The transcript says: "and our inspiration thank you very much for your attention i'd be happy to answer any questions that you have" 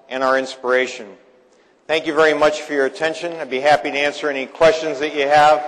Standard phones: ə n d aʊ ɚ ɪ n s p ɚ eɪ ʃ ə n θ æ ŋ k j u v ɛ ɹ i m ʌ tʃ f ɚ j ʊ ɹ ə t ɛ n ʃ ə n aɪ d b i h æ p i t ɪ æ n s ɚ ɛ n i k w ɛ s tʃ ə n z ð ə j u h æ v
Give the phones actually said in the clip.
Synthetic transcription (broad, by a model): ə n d aʊ ɚ ɪ n s p ɚ eɪ ʃ ə n θ æ ŋ k j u v ɛ ɹ i m ʌ tʃ f ɚ j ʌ ɹ ə t ɛ n ʃ ə n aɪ b i h æ p i t ɪ æ n s ɚ ɛ n i k w ɛ s tʃ ə n z ð ə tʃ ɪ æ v